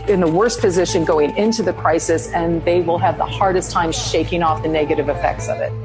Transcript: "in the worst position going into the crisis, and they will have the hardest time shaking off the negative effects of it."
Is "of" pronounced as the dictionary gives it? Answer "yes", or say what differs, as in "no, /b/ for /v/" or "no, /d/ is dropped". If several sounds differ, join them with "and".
yes